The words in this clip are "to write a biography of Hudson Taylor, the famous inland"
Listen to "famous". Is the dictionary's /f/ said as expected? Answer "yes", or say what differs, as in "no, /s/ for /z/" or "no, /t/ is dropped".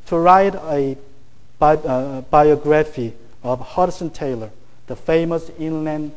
yes